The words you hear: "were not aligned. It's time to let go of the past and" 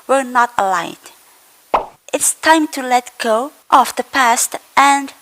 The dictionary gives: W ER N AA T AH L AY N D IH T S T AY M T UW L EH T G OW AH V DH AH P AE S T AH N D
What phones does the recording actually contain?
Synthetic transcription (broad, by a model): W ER N AA T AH L AY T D IH T S T AY M T UW L EH T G OW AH F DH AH P AE S T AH N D